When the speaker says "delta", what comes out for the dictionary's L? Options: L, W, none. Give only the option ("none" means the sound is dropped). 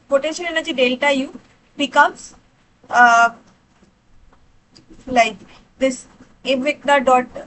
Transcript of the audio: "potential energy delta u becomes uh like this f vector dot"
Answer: L